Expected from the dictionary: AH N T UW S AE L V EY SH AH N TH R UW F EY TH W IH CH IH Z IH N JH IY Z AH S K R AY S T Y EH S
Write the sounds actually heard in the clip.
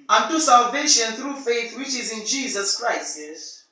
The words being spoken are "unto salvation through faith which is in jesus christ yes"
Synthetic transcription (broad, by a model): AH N T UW S AE L V EY SH AH N TH R UW F EY TH W IH CH IH Z IH N JH IY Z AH S K R AY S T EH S